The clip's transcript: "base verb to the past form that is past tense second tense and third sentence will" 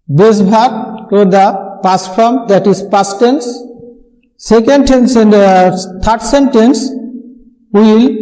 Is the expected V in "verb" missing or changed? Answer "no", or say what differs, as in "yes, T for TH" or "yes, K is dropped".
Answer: yes, B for V